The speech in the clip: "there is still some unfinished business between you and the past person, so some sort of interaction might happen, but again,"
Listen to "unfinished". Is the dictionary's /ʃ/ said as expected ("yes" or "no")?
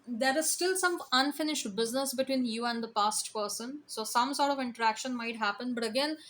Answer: yes